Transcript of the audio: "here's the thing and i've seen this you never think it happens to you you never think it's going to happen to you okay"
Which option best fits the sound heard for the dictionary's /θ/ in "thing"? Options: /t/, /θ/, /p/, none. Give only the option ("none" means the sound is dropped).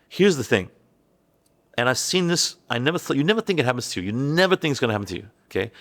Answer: /θ/